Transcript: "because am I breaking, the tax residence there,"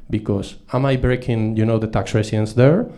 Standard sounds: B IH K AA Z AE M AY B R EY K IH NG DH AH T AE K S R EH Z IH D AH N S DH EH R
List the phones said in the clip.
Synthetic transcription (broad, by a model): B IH K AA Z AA M AY B R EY K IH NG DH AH T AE K S R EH S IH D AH N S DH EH R